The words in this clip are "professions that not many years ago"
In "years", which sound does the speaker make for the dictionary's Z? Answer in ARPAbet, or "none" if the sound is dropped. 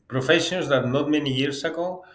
S